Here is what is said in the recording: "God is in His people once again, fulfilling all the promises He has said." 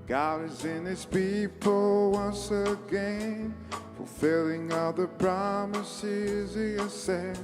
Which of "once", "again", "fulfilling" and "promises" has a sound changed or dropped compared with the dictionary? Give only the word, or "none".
none